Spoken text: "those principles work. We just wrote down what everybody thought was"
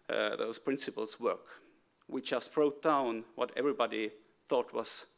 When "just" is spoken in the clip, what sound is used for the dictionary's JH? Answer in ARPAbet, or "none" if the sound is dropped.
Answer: CH